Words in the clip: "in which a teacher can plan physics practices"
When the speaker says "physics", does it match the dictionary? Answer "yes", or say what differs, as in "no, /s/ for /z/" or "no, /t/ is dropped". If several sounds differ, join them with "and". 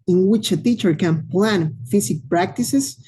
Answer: no, /s/ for /z/ and /s/ is dropped